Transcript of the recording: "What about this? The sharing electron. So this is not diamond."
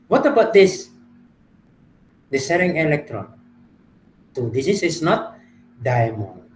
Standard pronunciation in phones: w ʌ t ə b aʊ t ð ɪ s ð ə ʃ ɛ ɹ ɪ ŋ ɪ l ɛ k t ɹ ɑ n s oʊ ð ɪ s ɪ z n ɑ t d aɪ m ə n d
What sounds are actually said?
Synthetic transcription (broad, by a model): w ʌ t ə b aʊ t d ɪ s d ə s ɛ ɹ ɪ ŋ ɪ l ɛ k t ɹ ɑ n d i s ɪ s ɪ s n ɑ t d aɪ m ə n